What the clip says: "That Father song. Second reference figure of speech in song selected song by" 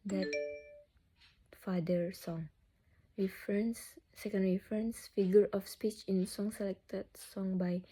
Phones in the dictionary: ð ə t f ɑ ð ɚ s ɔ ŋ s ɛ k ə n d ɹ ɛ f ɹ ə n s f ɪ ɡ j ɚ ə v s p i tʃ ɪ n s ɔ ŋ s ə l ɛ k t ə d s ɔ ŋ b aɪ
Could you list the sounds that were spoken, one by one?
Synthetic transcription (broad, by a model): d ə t f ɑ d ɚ s ɔ ŋ s ɛ k ə n d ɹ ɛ f ɹ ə n s f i ɡ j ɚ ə f s p i tʃ ɪ n s ɔ ŋ s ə l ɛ k t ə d s ɔ ŋ b aɪ